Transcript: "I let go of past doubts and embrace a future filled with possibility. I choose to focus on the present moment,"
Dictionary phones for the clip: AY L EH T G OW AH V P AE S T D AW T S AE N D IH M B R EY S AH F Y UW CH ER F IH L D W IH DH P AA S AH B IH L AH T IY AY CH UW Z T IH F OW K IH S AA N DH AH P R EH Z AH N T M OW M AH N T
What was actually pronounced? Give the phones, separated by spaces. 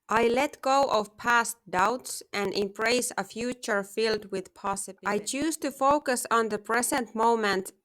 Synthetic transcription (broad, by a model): AY L EH T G OW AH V P AE S T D AW T S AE N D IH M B R EY S AH F Y UW CH ER F IH L D W IH DH P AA S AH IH AH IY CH UW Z T IH F OW K IH S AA N DH AH P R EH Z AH N T M OW M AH N T